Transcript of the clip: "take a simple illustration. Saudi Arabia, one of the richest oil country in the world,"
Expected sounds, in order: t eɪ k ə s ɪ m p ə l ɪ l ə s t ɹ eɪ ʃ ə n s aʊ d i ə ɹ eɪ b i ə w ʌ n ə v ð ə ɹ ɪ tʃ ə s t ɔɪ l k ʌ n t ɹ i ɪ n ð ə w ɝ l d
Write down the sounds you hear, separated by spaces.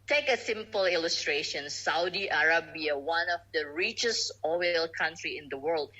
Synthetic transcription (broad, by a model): t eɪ k ə s ɪ m p ə l ɪ l ə s t ɹ eɪ ʃ ə n s aʊ d i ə ɹ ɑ b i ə w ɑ n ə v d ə ɹ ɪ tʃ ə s ɔɪ l k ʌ n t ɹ i ɪ n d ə w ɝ l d